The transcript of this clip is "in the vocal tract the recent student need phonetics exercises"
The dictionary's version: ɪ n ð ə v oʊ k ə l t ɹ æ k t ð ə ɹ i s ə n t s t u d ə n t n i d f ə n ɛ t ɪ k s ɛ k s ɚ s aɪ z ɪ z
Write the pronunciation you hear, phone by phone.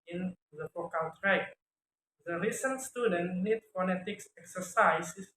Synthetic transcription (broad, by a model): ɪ n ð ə f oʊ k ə l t ɹ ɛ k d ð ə ɹ i s ə n t s t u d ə n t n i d f ə n ɛ t ɪ k s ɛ k s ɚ s aɪ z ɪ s